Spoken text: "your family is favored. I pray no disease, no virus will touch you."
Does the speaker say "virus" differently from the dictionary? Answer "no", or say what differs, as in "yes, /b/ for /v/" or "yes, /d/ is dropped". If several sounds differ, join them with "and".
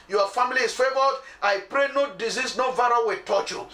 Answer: yes, /s/ is dropped